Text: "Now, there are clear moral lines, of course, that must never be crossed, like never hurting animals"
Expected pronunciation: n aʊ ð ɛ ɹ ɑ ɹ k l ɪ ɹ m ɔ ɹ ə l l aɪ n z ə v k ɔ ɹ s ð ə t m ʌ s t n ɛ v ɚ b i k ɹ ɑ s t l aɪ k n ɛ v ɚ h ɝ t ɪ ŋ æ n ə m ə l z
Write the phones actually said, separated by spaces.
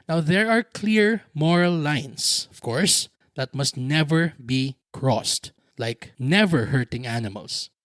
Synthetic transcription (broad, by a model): n aʊ ð ɛ ɹ ɑ ɹ k l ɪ ɹ m ɔ ɹ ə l l aɪ n s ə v k ɔ ɹ s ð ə t m ʌ s t n ɛ v ɚ b i k ɹ ɑ s t l aɪ k n ɛ v ɚ h ɝ t ɪ ŋ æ n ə m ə l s